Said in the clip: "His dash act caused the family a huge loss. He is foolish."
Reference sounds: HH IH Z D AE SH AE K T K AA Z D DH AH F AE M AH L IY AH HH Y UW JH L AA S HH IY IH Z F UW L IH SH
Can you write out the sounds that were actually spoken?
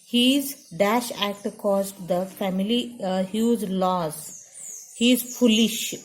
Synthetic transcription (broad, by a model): HH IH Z D AE SH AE K T K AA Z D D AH F AE M AH L IY HH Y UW Z L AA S HH IY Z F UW L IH SH